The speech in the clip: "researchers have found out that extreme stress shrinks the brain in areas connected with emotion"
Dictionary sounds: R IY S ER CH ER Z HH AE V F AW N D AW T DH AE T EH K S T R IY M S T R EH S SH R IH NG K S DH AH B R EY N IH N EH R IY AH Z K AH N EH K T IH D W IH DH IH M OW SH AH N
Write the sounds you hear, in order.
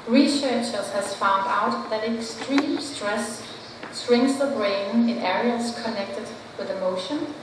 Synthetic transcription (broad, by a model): R IY S ER CH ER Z HH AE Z F AW N D AW T DH AE T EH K S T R IY M S T R EH S S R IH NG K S DH AH B R EY N IH N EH R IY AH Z K AH N EH K T IH D W IH DH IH M OW SH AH N